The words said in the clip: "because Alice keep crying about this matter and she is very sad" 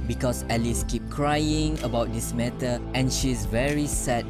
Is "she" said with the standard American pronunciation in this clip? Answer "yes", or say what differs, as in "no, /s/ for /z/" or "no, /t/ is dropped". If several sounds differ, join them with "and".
yes